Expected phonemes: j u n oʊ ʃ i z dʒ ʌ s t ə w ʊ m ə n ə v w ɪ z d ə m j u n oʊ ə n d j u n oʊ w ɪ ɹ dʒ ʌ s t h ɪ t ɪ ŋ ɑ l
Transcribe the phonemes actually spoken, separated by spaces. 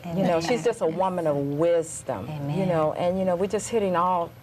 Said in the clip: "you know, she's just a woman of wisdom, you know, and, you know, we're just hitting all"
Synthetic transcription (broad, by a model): j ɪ n oʊ ʃ i z dʒ ʌ s t ə w ʊ m ə n ə v w ɪ z d ə m j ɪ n oʊ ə n j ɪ n oʊ w ɪ ɹ dʒ ʌ s t h ɪ t ɪ ŋ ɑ l